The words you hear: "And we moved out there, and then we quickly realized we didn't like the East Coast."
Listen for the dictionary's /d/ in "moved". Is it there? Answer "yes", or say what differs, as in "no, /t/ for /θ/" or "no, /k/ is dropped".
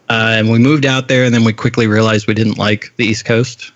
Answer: yes